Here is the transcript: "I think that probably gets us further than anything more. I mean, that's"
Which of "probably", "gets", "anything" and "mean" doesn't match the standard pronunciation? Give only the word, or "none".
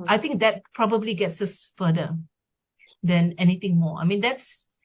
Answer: anything